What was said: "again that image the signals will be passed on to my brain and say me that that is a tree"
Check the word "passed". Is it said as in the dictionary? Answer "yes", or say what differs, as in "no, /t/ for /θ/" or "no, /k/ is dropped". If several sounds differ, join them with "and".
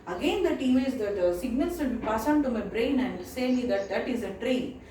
no, /t/ is dropped